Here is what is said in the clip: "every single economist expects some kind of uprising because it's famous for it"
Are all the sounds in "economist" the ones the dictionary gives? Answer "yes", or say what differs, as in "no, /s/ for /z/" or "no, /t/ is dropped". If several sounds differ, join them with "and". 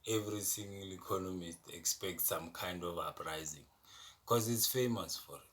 yes